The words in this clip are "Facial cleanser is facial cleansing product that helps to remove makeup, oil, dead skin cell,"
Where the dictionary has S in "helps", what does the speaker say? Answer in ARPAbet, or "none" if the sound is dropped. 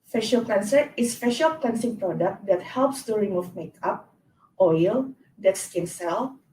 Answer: S